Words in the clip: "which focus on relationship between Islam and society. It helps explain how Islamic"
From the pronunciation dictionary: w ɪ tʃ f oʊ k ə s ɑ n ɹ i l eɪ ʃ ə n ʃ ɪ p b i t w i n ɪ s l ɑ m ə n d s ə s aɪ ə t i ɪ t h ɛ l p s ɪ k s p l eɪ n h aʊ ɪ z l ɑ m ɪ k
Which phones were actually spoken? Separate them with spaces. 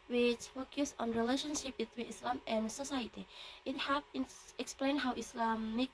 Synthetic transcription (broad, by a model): w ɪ tʃ f oʊ k ə s ɑ n ɹ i l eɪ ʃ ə n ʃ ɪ p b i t w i n ɪ s l ɑ m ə n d s ə s aɪ ə t i ɪ t h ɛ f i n ɪ k s p l eɪ n h aʊ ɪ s l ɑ m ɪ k